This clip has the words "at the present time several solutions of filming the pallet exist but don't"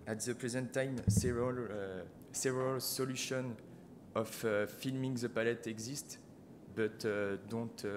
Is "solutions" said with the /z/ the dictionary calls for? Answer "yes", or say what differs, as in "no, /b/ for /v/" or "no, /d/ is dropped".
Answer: no, /z/ is dropped